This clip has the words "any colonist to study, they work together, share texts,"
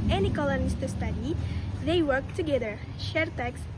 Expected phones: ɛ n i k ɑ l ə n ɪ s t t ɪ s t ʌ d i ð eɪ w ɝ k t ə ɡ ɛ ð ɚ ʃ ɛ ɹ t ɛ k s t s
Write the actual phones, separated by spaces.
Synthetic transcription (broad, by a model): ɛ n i k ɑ l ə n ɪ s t t ɪ s t ʌ d i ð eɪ w ɝ k t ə ɡ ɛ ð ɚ ʃ ɛ ɹ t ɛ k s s